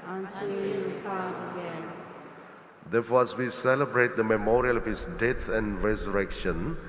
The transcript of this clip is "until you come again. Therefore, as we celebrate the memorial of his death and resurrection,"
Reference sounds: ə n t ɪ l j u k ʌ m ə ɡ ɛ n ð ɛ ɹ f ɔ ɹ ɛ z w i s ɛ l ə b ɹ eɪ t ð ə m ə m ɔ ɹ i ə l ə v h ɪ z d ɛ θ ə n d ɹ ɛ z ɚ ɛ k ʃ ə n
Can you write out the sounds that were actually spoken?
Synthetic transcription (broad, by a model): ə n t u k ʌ ə ɡ ɛ n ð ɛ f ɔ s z w i s ɛ l ə b ɹ eɪ t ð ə m ə m ɔ ɹ i ə l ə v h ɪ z d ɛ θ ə n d ɹ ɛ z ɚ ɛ k ʃ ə n